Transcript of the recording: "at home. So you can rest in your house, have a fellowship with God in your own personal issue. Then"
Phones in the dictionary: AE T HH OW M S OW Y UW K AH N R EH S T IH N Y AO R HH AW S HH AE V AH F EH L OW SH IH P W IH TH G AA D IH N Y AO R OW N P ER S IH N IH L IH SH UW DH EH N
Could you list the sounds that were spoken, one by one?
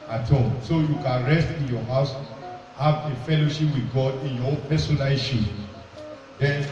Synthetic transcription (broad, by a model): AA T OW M S OW Y UW K AH N R EH S T IH N Y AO HH AW S HH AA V AH F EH L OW SH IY P W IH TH G AA D IH N Y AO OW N P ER S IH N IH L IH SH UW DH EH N